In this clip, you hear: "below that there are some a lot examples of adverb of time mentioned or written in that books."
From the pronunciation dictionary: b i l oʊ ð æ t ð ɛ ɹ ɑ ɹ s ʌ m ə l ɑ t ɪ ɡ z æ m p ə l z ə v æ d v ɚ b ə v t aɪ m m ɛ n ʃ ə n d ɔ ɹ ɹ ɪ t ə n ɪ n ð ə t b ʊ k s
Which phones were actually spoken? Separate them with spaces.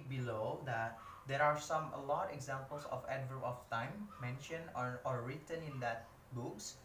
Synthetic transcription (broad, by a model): b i l oʊ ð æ t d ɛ ɹ ɑ ɹ s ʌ m ə l ɑ t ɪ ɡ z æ m p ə l s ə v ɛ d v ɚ ə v t aɪ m m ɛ n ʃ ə n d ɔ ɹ ɹ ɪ t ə n ɪ n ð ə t b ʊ k s